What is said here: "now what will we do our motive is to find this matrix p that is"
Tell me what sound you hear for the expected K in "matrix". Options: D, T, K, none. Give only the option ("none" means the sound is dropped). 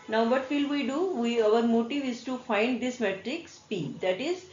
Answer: K